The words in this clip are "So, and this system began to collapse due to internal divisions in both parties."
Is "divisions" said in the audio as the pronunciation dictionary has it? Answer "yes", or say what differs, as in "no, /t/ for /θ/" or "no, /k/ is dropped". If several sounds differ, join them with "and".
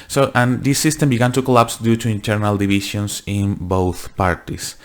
no, /ʃ/ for /ʒ/ and /s/ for /z/